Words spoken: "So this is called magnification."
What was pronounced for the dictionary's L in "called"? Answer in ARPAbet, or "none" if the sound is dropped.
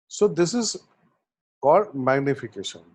none